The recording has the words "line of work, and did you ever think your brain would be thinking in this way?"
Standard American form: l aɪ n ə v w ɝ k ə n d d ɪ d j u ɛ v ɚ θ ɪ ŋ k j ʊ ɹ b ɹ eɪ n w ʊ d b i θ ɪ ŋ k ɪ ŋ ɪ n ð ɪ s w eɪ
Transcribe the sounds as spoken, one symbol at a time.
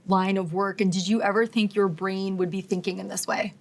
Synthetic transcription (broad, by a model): l aɪ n ə v w ɝ k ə n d d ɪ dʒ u ɛ v ɚ θ ɪ ŋ k j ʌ ɹ b ɹ eɪ n w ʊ d b i θ ɪ ŋ k ɪ ŋ ɪ n ð ɪ s w eɪ